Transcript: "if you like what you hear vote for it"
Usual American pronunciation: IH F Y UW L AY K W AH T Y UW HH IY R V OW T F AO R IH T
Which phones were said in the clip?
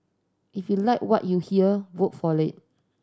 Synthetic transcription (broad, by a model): IH F Y UW L AY K W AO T Y UW HH IY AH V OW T F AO L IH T